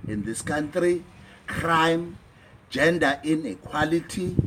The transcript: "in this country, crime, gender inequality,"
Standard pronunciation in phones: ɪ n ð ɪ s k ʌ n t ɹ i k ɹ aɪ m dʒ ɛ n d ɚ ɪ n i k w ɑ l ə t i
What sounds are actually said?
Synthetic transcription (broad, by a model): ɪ n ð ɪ s k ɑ n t ɹ i k ɹ aɪ m dʒ ɛ n d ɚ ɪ n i k w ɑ l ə t i